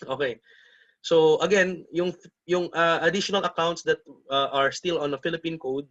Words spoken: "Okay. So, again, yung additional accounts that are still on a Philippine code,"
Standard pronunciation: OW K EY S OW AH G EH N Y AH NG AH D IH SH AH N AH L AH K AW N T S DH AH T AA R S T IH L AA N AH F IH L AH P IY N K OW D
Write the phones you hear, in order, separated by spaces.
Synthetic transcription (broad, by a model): OW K EY S OW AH G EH N Y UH NG AH D IH SH AH N AH L AH K AW N T S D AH T AA R S T IH L AA N AH F IH L AH P IY N K OW D